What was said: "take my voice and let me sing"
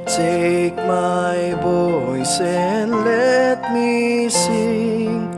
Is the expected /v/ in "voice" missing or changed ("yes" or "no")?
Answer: yes